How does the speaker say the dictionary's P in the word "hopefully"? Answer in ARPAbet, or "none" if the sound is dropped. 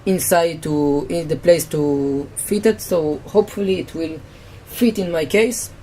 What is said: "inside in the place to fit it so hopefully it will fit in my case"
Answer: P